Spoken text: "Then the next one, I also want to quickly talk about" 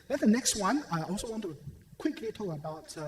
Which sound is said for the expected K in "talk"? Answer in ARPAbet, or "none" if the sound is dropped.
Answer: none